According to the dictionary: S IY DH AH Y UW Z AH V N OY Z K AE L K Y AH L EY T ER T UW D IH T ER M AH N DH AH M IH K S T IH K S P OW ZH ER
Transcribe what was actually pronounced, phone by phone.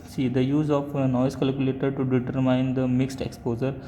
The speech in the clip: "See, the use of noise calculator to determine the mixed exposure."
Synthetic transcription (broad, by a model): S IY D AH Y UW Z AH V N OY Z K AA L K Y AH L EY T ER T UW D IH T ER M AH N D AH M IH K S T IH K S P OW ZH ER